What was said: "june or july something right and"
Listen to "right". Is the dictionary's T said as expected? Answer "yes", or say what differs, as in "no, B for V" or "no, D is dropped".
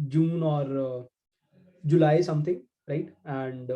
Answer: yes